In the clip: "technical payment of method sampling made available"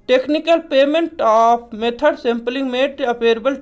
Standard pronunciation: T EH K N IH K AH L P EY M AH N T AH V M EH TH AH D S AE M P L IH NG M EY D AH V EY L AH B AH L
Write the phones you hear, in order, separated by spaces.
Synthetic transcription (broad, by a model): T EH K N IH K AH L P EY M AH N T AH P M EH T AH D S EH M P L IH NG M EY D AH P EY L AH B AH L